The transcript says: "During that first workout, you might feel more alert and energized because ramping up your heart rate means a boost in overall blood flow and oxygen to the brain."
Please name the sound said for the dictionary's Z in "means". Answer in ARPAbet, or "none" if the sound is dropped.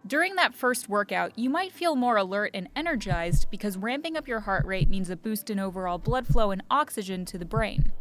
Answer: Z